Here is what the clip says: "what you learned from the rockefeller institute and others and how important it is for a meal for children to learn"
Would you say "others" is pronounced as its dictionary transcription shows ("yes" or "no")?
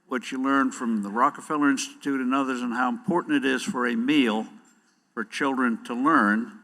yes